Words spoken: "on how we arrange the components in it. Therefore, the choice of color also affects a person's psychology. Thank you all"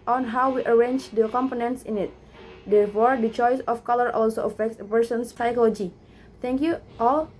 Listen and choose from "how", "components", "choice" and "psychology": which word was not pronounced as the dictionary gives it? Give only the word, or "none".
none